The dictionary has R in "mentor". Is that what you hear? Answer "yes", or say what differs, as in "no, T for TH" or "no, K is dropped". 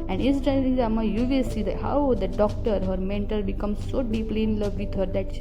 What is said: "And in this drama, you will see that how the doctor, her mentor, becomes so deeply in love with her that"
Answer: no, L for R